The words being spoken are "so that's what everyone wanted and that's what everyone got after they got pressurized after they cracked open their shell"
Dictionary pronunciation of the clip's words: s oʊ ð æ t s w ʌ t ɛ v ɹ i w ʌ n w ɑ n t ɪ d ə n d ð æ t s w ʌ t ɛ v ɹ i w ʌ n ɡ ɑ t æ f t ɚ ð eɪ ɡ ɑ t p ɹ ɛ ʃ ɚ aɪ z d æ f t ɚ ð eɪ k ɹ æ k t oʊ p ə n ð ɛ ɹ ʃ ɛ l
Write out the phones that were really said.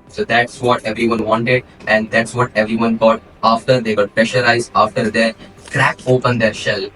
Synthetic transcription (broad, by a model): s oʊ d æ t s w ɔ t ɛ v ɹ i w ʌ n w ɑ n t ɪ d ə n d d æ t s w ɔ t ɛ v ɹ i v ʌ n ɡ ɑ t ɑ f t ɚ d eɪ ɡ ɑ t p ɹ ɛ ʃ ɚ aɪ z ɑ f t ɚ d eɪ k ɹ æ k oʊ p ə n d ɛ ɹ ʃ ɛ l